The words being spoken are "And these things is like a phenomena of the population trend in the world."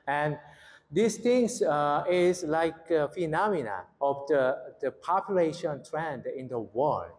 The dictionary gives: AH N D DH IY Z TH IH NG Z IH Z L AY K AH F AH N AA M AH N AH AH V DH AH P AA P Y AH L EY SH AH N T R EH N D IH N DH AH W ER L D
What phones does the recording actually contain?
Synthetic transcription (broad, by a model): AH N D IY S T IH NG S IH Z L AY K AH F AH N AA M AH N AH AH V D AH P AA P Y AH L EY SH AH N T R EH N D IH N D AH W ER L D